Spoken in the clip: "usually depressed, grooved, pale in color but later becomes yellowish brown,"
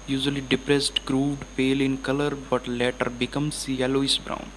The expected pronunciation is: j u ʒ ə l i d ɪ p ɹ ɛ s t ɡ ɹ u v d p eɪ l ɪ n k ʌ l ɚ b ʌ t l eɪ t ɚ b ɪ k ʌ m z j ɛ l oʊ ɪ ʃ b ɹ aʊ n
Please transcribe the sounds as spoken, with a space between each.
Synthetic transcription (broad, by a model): j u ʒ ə l i d ɪ p ɹ ɛ s t ɡ ɹ u v d p eɪ l ɪ n k ʌ l ɚ b ʌ t l eɪ t ɚ b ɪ k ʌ m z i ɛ l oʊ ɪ s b ɹ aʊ n